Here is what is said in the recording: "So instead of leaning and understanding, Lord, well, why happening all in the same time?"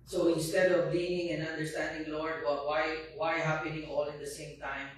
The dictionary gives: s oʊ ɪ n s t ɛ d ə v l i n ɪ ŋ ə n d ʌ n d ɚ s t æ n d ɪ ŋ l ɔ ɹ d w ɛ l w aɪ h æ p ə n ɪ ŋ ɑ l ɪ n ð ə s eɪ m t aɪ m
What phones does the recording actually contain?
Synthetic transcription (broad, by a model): s oʊ ɪ n s t ɛ d ə v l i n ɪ ŋ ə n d ʌ n d ɚ s t æ n d ɪ ŋ l ɔ ɹ d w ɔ w w aɪ h æ p ə n ɪ ŋ ɑ l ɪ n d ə s eɪ m t aɪ m